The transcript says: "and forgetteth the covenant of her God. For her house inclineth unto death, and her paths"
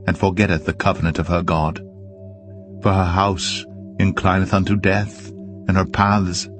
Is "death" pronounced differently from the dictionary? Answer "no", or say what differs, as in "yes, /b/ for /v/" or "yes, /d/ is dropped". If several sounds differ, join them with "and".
no